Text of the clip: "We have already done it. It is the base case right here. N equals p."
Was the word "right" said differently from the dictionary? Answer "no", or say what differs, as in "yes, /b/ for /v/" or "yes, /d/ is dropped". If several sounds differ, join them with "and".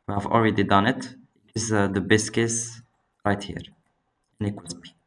no